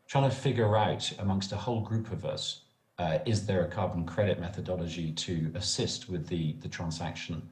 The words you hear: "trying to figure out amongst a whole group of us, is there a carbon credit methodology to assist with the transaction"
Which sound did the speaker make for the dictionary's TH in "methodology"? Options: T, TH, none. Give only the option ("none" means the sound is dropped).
TH